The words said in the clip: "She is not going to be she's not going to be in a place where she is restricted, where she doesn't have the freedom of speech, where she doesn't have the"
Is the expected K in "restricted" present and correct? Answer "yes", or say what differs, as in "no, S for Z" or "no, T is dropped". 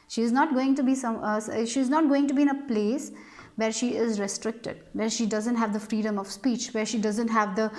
yes